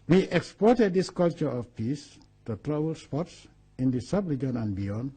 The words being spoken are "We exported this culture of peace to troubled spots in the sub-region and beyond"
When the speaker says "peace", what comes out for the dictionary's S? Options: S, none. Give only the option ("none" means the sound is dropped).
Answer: S